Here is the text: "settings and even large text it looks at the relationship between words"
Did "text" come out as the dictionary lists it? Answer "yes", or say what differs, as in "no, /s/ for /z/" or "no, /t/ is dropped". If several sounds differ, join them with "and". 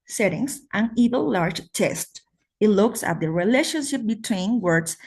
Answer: no, /k/ is dropped